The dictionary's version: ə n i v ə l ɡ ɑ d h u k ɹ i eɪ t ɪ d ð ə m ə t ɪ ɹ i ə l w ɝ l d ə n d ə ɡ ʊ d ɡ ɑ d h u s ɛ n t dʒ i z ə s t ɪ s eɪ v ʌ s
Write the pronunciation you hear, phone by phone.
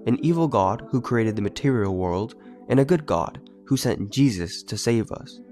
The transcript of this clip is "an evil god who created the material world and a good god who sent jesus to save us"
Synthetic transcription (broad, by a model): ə n i v l ɡ ɑ d h u k ɹ i eɪ t ɪ d ð ə m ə t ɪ ɹ i l w ɝ l d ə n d ə ɡ ʊ d ɡ ɑ d h u s ɛ n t dʒ i z ə s t ɪ s eɪ v ʌ s